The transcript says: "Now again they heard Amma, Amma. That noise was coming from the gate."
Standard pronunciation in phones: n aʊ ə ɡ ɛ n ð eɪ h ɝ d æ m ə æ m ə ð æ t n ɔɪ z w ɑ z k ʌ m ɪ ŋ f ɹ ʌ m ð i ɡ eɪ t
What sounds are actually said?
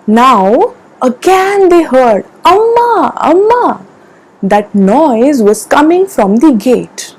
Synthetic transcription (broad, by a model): n aʊ ə ɡ ɛ n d eɪ h ɝ d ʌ m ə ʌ m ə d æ t n ɔɪ z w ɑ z k ʌ m ɪ ŋ f ɹ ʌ m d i ɡ eɪ t